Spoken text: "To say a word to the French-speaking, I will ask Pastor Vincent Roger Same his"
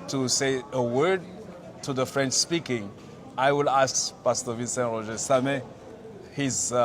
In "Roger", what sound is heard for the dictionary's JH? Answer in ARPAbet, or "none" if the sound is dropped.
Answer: ZH